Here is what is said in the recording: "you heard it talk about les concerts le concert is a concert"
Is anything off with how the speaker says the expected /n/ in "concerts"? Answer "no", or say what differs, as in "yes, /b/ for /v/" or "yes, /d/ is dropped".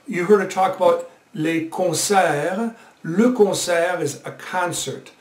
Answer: yes, /n/ is dropped